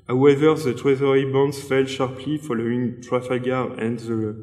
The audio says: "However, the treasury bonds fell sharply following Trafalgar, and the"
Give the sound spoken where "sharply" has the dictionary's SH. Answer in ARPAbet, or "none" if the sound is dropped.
SH